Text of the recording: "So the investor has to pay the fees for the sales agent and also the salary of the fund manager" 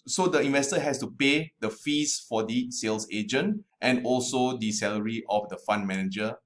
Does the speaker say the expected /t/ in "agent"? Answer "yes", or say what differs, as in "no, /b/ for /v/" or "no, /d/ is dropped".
yes